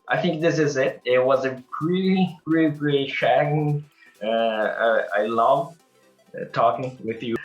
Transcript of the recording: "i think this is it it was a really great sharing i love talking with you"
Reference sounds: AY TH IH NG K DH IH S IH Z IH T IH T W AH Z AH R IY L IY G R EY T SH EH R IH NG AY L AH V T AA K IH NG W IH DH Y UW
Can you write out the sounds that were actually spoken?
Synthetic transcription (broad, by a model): AY TH IH NG K DH IH S IH Z IH T IH T W AH Z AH R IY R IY G R EY T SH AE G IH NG AY L AH V T AA K IH NG W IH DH Y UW